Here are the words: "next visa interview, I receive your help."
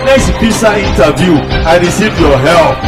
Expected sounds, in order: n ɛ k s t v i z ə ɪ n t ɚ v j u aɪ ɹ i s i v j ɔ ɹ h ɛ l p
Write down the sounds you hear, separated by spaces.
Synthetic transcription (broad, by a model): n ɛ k s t p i s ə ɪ n t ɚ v j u aɪ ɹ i s i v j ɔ h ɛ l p